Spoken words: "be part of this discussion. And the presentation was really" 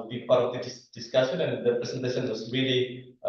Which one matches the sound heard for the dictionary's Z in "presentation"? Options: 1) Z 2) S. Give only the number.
2